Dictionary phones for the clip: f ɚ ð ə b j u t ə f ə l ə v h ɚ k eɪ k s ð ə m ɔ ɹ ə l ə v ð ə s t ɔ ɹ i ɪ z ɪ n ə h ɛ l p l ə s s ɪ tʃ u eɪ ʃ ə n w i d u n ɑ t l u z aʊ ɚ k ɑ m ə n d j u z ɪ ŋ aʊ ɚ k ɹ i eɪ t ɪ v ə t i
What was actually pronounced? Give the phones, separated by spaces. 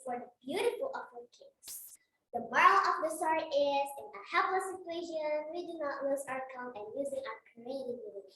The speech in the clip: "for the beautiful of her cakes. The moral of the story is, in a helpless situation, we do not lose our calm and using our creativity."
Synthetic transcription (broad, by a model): f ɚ ð ə b j u t ə f ə l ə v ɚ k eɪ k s ð ə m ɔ ɹ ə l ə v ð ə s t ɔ ɹ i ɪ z ɪ n ə h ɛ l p l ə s s ɪ tʃ u eɪ ʃ ə n w i d u n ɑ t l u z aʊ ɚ k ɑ ə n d j u z ɪ ŋ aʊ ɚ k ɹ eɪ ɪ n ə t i